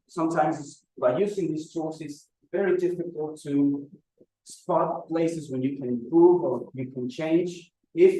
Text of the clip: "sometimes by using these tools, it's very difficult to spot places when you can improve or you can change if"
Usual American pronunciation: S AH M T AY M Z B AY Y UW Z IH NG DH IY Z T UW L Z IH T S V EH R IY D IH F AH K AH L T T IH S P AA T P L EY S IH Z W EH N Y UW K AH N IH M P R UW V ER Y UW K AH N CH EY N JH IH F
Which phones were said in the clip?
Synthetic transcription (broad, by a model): S AH M T AY M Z B AY Y UW Z IH NG DH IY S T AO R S IH T S V EH R IY D IH F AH K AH L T T IH S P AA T P L EY S IH Z W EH N Y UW K AH N IH M P R UW V ER Y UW K AH N CH EY N JH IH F